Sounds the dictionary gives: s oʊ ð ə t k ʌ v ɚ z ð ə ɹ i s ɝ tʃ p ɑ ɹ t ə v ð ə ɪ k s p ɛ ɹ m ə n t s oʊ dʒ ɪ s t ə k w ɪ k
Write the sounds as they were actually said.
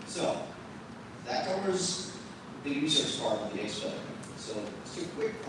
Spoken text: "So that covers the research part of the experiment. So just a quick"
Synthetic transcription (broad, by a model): s oʊ ð ə t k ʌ b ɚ z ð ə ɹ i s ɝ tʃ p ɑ ɹ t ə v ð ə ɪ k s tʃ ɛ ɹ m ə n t s oʊ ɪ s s ə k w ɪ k